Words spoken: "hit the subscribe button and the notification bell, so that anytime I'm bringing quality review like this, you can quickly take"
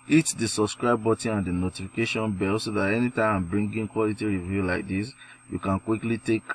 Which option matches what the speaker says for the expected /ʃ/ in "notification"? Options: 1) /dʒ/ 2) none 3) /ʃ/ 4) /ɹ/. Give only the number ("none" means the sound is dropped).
3